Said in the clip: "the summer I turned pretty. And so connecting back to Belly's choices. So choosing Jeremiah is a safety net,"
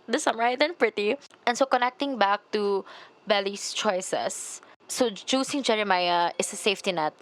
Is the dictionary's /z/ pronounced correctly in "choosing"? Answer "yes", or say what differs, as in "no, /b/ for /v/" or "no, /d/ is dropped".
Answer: no, /s/ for /z/